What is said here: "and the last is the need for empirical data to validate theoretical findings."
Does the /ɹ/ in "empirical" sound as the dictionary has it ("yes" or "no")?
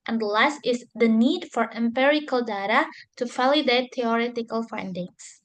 yes